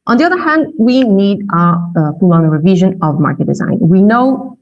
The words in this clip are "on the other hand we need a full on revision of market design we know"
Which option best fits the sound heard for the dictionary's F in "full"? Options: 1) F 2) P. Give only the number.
2